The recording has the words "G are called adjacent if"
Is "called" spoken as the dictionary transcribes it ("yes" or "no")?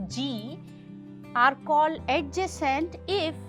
no